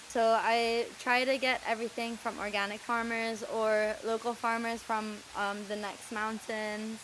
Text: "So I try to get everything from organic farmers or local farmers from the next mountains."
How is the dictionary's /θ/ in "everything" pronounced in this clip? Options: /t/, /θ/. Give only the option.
/θ/